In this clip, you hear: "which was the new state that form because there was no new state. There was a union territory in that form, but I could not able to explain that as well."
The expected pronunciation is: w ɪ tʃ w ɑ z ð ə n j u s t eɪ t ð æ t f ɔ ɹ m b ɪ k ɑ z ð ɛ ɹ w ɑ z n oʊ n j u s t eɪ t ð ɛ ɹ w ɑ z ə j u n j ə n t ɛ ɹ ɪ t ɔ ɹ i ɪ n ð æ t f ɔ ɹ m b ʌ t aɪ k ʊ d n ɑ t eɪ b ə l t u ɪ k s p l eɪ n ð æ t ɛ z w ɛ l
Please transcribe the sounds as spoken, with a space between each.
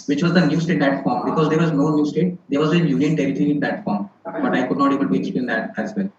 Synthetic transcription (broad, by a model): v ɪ tʃ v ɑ z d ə n j u s t eɪ t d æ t f ɔ ɹ m b ɪ k ɑ z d ɛ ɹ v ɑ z n oʊ n j u s t eɪ t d ɛ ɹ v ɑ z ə j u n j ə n t ɛ ɹ ɪ t ɔ ɹ i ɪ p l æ t f ɔ ɹ m b ʌ t aɪ k ʊ d n ɑ t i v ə n t u ɪ k s p l eɪ n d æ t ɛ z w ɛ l